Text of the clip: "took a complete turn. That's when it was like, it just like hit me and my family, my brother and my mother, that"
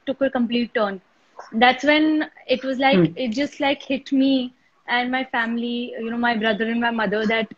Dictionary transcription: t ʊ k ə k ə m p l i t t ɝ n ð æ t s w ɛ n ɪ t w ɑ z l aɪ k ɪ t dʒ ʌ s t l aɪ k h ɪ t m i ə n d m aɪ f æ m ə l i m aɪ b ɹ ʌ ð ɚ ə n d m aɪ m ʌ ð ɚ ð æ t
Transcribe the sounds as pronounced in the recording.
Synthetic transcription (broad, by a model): t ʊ k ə k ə m p l i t t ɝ n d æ t s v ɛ n ɪ t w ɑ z l aɪ k ɪ t dʒ ʌ s t l aɪ k h ɪ t m i ə n d m aɪ f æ m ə n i m aɪ b ɹ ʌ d ɚ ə n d m aɪ m ʌ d ɚ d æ t